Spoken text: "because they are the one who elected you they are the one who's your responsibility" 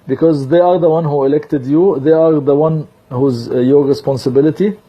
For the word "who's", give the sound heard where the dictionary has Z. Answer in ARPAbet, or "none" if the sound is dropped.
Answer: Z